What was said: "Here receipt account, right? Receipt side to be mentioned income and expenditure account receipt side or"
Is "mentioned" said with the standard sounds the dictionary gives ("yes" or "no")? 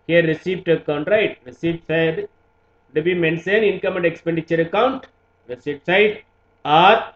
no